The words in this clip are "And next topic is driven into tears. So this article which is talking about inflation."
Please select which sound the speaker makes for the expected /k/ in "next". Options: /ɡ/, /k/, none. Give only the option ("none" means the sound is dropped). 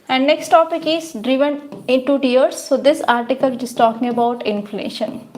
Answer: /k/